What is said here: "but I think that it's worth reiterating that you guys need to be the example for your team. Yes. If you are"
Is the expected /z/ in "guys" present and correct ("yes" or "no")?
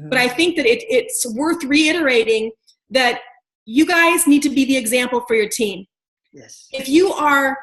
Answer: yes